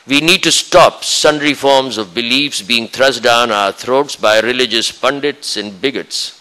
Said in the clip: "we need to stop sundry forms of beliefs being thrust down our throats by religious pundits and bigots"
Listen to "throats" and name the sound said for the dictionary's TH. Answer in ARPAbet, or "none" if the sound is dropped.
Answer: T